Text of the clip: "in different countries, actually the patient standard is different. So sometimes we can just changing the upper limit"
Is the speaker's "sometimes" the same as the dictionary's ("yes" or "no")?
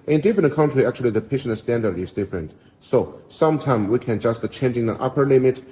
no